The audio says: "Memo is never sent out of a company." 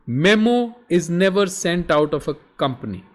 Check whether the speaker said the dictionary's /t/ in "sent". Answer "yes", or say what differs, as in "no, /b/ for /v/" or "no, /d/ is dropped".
yes